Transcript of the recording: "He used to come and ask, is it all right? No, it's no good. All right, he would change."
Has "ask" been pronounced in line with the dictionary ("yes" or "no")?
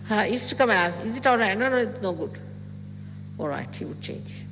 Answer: no